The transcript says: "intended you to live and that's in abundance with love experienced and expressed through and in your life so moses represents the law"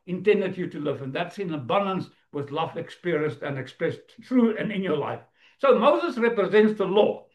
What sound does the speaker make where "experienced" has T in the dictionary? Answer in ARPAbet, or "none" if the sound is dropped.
T